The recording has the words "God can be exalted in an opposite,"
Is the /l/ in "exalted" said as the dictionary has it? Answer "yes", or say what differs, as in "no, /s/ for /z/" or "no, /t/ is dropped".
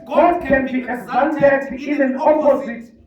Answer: no, /n/ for /l/